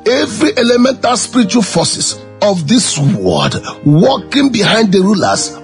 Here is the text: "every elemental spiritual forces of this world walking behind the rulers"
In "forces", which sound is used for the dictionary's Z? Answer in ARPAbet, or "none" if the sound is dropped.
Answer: S